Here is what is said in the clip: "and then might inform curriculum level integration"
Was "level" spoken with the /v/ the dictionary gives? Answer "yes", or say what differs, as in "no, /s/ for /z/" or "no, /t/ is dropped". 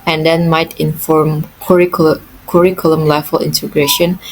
no, /f/ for /v/